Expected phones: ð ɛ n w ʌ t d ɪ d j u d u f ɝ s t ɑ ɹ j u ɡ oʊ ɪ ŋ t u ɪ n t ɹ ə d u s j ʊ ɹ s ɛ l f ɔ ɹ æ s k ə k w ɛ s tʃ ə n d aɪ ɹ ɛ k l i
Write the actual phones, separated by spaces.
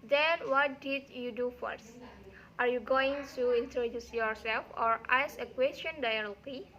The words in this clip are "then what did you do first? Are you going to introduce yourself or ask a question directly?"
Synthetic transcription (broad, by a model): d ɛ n w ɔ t d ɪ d j u d u f ɝ s t ɑ ɹ j u ɡ oʊ ɪ ŋ t u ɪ n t ɹ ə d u s j ʊ ɹ s ɛ l f ɔ ɹ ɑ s ə k w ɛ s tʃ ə n d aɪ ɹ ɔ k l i